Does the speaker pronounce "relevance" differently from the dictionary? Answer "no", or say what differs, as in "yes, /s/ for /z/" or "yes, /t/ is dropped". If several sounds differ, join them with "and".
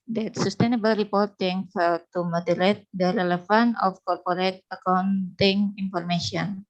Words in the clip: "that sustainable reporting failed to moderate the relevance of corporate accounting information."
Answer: yes, /f/ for /v/ and /s/ is dropped